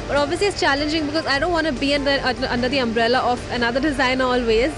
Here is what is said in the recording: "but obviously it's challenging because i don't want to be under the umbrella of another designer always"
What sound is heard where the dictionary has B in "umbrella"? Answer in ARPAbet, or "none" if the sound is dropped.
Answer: B